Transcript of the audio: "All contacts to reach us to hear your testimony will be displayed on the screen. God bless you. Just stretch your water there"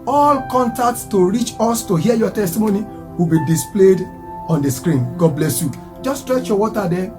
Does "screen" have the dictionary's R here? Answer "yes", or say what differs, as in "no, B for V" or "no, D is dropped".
yes